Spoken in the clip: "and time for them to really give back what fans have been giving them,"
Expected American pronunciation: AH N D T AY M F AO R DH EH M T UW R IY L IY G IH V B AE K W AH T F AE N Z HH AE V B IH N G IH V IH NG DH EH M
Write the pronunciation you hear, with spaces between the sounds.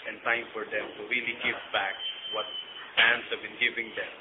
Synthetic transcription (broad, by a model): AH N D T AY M F AO R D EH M T UW R IY L IY G IH V B AE K W AH T P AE N S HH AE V B IH N G IH V IH NG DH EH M